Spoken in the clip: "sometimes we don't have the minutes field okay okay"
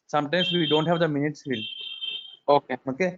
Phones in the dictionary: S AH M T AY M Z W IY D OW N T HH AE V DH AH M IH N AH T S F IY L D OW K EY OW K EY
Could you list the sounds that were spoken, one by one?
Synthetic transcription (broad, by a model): S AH M T AY M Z W IY D OW N T HH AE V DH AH M IH N AH T S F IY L OW K EY OW K EY